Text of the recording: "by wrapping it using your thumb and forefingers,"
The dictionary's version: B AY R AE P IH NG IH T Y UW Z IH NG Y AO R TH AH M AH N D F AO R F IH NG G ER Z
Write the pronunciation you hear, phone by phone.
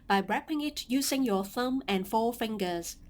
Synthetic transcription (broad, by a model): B AY R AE P IH NG IH T Y UW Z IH NG Y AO TH AH M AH N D F AO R F IH NG G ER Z